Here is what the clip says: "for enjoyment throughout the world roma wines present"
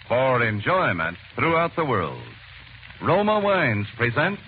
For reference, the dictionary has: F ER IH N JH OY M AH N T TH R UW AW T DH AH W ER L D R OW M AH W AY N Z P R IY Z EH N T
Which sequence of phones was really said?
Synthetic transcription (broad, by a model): F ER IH N JH OY M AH N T TH R UW AW T DH AH W ER L D R OW M AH W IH N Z P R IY Z EH N T